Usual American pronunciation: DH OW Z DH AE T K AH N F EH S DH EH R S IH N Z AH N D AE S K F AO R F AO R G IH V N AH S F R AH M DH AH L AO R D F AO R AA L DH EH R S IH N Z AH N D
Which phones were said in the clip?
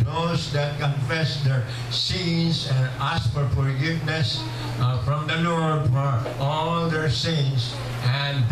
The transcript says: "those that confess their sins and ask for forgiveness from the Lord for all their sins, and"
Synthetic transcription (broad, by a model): OW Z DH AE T K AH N F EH S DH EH R S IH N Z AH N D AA S F AO R F AO R G IH V N AH S F R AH M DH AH N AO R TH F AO R AA L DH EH R S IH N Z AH N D